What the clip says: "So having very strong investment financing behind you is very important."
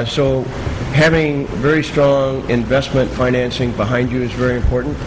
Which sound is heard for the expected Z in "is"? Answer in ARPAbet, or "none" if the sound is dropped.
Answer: Z